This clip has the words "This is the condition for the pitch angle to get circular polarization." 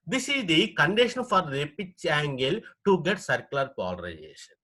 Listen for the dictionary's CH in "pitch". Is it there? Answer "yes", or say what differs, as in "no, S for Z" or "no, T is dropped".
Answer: yes